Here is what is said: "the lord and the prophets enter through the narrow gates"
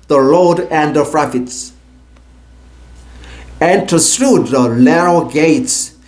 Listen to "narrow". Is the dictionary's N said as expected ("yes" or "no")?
no